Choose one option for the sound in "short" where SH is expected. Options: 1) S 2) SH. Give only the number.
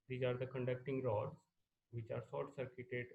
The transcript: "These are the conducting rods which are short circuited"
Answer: 1